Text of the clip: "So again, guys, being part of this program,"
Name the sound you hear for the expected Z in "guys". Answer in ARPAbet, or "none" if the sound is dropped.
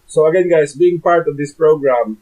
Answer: S